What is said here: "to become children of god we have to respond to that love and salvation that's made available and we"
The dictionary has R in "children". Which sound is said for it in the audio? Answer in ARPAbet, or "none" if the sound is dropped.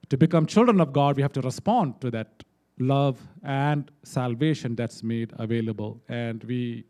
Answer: R